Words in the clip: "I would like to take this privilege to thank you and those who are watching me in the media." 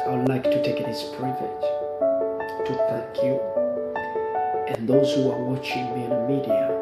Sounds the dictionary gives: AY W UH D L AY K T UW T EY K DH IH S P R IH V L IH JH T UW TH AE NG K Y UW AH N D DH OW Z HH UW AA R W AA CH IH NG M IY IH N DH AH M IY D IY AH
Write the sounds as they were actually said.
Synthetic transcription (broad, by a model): AY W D L AY K T UW T EY K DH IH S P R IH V IH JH T UW TH AE NG K Y UW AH N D DH OW Z HH UW AA R W AA CH IH NG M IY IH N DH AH M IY D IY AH